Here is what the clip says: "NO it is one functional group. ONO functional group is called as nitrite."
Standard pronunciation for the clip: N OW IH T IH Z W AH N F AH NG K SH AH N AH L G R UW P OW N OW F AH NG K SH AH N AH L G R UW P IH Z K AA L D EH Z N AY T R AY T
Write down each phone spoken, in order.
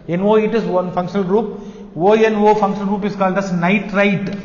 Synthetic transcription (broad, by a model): N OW IH T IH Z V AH N F AH NG K SH AH N AH L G R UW P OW N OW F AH NG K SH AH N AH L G R UW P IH S K AA L D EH S N AY T R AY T